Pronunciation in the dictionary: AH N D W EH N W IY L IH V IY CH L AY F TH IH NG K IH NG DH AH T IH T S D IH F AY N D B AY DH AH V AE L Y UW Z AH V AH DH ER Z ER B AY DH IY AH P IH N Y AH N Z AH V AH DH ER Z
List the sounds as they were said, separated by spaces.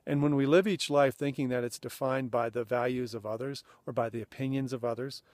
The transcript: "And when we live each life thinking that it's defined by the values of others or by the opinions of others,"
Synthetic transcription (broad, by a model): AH N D W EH N W IY L IH V IY CH L AY F TH IH NG K IH NG DH AH T IH T S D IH F AY N B AY DH AH V AE L Y UW Z AH V AH DH ER Z ER B AY DH IY AH P IH N Y AH N Z AH V AH DH ER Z